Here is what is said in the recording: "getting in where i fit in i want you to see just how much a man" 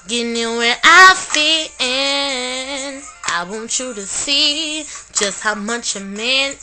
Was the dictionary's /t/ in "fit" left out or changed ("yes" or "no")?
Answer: yes